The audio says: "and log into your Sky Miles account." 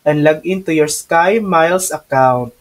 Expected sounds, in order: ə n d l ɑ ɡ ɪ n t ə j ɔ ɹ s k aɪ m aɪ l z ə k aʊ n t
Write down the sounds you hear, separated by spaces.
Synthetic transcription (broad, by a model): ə n l ɑ ɡ ɪ n t ə j ɔ ɹ s k aɪ m aɪ l s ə k aʊ n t